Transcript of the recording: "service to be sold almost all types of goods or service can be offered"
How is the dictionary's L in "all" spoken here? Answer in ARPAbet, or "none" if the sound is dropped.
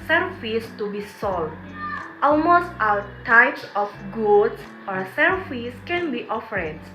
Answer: W